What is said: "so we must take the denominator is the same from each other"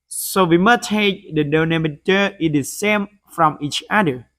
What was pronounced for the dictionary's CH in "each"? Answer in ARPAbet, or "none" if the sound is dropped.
CH